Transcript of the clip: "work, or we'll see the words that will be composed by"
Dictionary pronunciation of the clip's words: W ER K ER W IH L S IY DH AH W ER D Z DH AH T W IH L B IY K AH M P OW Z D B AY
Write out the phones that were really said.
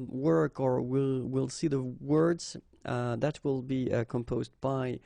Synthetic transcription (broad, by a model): W ER K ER W IH L S IY DH AH W ER D Z DH AH T W IH L B IY K AH M P OW Z D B AY